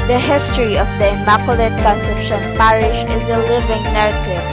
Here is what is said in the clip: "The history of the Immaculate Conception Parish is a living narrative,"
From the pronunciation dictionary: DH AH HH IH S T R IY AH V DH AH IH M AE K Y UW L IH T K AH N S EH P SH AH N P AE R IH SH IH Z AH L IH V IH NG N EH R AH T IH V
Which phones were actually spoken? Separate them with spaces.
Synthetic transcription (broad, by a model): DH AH HH IH S T R IY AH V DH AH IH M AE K L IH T K AH N S EH P SH AH N P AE R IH SH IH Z AH L IH V IH NG N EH R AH T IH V